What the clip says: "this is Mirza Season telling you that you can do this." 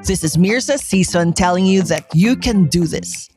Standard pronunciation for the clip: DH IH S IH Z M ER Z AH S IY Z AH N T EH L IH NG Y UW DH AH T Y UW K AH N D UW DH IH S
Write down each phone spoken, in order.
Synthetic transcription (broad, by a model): DH IH S IH Z M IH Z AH S IY S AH N T EH L IH NG Y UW DH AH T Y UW K AH N D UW DH IH S